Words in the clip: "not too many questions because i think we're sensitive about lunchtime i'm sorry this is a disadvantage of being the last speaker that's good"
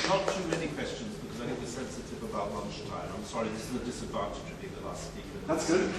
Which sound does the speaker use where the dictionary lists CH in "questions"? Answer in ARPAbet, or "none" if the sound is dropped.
CH